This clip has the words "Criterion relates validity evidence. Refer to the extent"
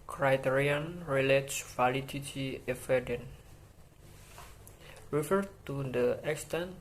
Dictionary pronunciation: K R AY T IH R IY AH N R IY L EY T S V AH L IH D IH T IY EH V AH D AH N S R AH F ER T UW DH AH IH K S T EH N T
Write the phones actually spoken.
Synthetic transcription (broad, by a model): K R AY T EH R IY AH N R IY L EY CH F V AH L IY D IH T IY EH F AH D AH N R AH F ER T UW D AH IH K S T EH N